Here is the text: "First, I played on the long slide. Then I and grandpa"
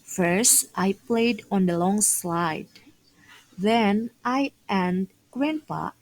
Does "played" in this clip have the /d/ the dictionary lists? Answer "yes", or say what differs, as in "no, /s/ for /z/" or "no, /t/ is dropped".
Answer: yes